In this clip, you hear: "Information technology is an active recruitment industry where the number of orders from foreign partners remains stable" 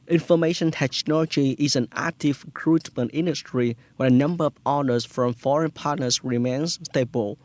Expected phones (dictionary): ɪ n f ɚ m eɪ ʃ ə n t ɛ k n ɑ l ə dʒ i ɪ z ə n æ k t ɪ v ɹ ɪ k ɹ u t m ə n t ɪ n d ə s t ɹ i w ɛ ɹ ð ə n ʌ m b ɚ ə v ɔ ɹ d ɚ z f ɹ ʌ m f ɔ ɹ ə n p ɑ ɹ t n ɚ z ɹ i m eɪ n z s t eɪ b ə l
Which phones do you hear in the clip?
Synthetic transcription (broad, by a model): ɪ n f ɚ m eɪ ʃ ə n t ɛ k n ɑ l ə dʒ i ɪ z ə n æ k t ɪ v ɹ ɪ k ɹ u t m ə n t ɪ n d ə s t ɹ i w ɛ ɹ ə n ʌ m b ɚ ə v ɔ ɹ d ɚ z f ɹ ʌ m f ɔ ɹ ə n p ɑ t n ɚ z ɹ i m eɪ n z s t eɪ b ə l